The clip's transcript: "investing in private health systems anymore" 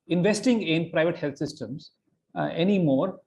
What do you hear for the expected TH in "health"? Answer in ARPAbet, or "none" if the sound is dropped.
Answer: T